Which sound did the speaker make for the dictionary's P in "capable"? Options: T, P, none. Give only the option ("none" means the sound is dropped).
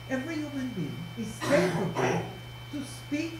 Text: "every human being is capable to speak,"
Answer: none